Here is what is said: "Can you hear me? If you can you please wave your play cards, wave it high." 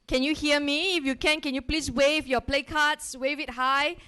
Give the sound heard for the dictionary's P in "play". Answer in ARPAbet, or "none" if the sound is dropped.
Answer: P